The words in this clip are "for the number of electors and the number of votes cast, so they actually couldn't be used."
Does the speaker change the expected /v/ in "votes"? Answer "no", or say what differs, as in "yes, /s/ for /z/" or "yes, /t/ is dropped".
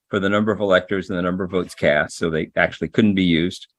no